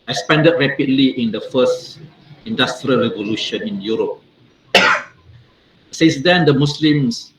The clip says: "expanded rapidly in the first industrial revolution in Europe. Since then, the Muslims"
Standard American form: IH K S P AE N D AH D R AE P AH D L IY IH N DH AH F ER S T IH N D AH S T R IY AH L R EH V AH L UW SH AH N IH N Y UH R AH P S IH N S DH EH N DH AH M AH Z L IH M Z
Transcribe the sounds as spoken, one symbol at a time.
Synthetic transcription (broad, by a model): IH K S P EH N D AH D R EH P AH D L IY IH N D AH F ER S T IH N D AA S T R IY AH L R EH V AH L UW SH AH N IH N Y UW R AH P S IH S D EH N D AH M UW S L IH M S